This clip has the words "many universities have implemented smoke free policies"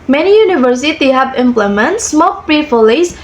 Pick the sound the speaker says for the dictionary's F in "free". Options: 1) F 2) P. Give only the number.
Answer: 2